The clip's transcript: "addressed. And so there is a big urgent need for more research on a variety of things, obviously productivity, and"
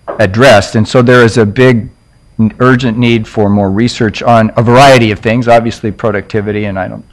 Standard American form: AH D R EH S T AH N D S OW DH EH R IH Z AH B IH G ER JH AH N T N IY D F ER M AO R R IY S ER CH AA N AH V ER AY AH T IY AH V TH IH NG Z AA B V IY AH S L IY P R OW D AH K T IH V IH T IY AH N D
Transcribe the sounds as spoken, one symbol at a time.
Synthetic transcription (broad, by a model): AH D R EH S T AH N S OW DH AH R IH Z AH B IH G ER JH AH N N IY D F ER M AO R R IY S ER CH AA N AH V ER AY AH T IY AH V TH IH NG Z AA B V IY AH S L IY P R OW D AH K T IH V IH T IY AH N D